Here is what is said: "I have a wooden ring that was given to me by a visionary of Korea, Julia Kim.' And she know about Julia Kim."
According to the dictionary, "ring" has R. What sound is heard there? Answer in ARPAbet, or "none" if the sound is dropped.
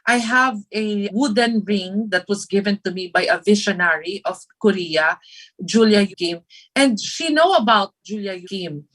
R